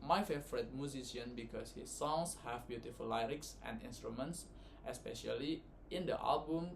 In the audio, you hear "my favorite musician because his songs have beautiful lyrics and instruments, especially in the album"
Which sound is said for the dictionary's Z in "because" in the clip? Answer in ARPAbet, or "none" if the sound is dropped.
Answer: S